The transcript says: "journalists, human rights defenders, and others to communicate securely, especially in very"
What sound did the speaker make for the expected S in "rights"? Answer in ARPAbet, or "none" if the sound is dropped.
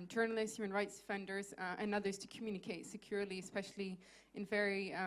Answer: S